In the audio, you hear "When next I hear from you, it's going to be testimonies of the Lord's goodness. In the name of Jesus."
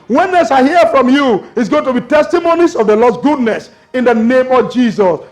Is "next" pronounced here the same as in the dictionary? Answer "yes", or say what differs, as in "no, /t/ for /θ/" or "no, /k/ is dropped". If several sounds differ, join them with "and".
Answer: no, /k/ is dropped